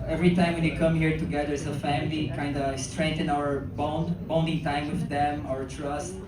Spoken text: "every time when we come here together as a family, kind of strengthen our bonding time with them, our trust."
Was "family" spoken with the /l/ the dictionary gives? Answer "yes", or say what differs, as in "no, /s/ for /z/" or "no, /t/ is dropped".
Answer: yes